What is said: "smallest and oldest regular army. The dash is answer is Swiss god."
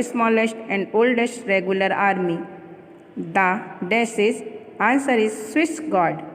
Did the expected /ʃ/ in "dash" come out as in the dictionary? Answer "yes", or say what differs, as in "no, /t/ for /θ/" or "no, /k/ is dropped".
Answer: no, /s/ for /ʃ/